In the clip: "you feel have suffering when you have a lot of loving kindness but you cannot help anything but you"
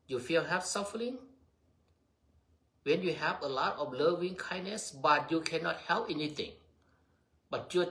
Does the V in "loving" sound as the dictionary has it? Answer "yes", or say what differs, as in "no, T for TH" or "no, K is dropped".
yes